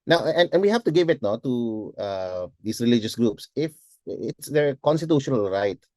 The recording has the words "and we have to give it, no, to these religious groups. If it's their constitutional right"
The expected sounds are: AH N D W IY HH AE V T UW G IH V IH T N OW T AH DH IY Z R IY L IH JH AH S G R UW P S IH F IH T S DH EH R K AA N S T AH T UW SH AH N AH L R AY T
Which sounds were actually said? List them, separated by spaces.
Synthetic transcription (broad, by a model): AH N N W IY HH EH F T UW G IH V IH T N OW T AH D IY S R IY L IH JH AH S G R UW P S IH F IH T S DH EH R K AA N S T AH T UW SH AH N AH L R AY T